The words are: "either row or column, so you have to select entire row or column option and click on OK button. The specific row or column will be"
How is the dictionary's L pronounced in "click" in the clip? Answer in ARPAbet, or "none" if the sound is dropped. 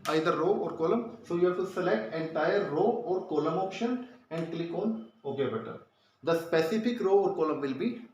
L